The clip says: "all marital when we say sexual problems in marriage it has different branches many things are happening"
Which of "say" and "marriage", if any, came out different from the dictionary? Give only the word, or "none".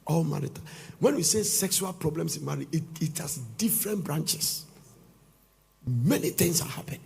marriage